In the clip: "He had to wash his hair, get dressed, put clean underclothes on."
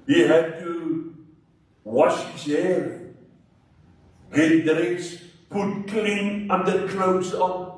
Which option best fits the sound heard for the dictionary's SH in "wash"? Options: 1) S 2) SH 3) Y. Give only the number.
2